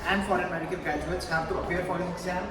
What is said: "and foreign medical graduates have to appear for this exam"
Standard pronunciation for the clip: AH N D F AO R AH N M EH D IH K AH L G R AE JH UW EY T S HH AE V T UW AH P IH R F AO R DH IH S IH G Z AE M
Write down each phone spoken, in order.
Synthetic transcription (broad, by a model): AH N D F AO R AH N M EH D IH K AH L G R AE JH UW EY T S HH AE V T UW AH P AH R F AO R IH IH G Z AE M